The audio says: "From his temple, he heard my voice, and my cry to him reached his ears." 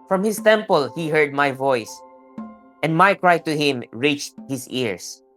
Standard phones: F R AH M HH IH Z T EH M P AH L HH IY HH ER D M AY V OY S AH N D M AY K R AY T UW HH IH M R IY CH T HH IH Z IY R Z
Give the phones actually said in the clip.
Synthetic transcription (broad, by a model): F R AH M HH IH S T EH M P AH L HH IY HH ER D M AY V OY S AH N D M AY K R AY T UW HH IH M R IY CH T HH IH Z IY R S